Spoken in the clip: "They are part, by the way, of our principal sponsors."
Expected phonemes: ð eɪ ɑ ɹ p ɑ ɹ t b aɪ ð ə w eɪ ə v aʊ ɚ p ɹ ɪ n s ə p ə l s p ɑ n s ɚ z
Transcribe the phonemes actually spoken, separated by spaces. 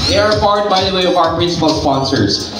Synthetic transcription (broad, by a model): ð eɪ ɑ ɹ f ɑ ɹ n b aɪ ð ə w eɪ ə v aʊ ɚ p ɹ ɪ n s ə p ə l s p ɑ n s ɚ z